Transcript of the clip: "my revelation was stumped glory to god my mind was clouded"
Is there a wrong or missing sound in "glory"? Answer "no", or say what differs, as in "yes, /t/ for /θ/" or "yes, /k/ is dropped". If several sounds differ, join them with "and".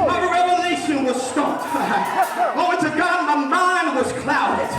yes, /ɹ/ is dropped